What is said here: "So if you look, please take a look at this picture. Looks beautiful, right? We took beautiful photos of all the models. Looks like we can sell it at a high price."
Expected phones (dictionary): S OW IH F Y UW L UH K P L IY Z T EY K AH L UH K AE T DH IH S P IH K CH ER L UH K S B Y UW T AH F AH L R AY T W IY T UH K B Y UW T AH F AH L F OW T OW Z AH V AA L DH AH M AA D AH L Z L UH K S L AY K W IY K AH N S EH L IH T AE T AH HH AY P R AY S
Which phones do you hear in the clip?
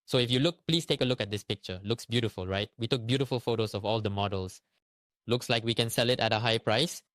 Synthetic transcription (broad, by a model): S OW IH F Y UW L UH K P L IY S T EY K AH L UH K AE T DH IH S P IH K CH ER L UH K S B Y UW T AH F AH L R AY T W IY T UH K B Y UW T AH F AH L F OW T OW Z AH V AA L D AH M AA D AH L S L UH K S L AY K W IY K AH N S EH L IH T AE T AH HH AY P R AY S